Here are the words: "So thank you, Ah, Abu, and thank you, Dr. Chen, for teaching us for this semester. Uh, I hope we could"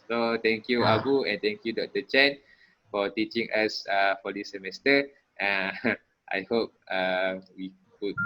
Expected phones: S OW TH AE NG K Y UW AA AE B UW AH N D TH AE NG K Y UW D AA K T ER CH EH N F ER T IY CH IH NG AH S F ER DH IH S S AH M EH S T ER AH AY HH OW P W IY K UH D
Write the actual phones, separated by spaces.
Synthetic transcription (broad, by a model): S OW T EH NG K Y UW AA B UW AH N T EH NG K Y UW D AA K T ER CH EH N F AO T IY CH IH NG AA S F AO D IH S S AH M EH S T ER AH AY HH OW P W IY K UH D